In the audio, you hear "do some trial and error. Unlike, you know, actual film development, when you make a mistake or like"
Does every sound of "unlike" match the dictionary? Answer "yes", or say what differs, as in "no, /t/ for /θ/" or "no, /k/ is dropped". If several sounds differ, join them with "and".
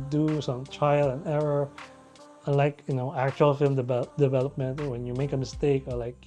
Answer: no, /n/ is dropped